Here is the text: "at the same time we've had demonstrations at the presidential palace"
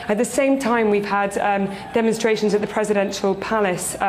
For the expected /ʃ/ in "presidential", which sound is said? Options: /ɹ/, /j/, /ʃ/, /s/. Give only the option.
/ʃ/